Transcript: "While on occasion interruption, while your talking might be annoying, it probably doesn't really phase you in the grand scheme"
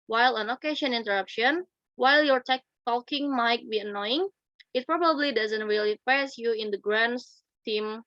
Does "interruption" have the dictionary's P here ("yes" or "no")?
yes